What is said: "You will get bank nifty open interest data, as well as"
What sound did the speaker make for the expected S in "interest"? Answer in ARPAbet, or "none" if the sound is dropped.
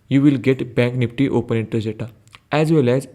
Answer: none